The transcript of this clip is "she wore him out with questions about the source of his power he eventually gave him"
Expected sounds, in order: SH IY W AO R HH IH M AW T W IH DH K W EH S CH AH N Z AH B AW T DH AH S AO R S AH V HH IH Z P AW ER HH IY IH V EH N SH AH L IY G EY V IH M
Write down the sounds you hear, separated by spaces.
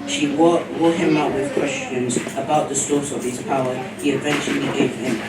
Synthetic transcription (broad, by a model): SH IY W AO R HH IH M AW T W IH DH K W EH S CH AH N Z AH B AW T DH AH S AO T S AH V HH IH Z P AW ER HH IY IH V EH N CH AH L IY G EY V IH M